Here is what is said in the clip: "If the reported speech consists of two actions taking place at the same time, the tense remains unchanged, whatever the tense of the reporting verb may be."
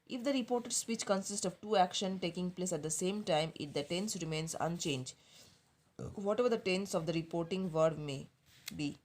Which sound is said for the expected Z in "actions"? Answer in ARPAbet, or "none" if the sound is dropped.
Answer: none